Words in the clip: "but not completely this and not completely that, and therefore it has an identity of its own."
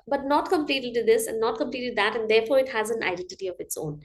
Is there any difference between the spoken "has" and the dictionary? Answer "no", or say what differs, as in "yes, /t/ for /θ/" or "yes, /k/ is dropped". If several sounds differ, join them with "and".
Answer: no